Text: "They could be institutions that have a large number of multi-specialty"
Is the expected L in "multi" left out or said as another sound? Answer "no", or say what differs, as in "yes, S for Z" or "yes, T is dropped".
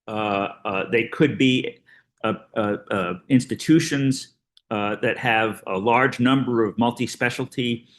no